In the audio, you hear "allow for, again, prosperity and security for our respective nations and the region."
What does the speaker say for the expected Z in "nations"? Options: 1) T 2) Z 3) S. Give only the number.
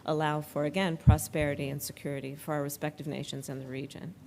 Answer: 2